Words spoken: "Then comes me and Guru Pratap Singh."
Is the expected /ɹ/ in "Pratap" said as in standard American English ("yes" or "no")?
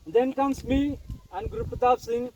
no